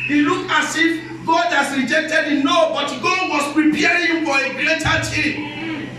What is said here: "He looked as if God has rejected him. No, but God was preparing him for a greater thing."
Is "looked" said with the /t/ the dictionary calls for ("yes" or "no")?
no